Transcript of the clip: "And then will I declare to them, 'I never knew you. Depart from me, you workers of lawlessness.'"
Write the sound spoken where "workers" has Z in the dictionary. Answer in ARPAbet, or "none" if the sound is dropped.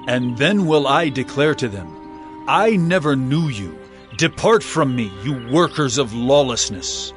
Z